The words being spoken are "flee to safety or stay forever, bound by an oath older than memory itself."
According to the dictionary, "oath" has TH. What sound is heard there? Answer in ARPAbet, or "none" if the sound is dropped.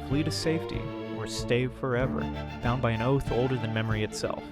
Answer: TH